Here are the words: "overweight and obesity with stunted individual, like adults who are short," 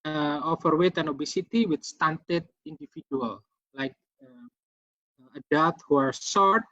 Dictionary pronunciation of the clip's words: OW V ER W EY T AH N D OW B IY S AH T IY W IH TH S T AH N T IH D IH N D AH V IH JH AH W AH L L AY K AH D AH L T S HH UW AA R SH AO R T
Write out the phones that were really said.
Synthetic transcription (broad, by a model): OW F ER W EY T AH N OW B IY S AH T IY W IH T S T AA N T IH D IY N D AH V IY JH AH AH L L AY K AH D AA T HH UW AA R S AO R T